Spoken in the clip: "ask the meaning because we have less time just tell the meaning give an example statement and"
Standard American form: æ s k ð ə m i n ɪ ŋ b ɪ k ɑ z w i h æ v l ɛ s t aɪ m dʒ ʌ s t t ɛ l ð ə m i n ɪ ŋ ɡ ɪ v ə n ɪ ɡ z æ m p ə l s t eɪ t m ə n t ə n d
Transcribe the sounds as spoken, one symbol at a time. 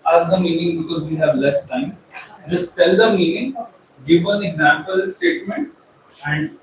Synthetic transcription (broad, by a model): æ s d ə m i n ɪ ŋ b ɪ k ɑ z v i h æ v l ɛ s t aɪ m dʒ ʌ s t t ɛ l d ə m i n ɪ ŋ ɡ ɪ v ə n ɪ ɡ z æ m p ə l s t eɪ t m ə n t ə n d